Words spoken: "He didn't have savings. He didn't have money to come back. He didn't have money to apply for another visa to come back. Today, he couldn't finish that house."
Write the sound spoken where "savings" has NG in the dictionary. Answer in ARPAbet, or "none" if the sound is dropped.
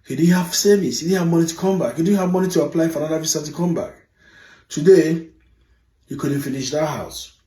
none